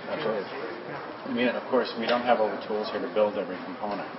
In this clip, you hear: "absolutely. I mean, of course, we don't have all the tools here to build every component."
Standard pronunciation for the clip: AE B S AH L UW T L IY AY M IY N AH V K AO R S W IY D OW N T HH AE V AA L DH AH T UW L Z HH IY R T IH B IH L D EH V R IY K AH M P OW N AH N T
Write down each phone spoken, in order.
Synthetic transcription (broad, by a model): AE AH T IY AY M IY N AH V K AO R S W IY D OW N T HH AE V AA L DH AH T UW L Z HH IY R T IH B IH L D EH V R IY K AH M P OW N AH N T